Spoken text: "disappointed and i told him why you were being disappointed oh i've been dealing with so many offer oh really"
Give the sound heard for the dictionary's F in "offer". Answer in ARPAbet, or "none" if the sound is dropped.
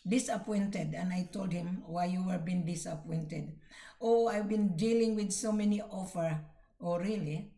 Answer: F